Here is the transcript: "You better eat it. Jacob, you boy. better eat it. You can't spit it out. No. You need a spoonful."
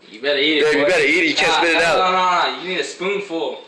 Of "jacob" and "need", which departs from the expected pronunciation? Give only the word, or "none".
jacob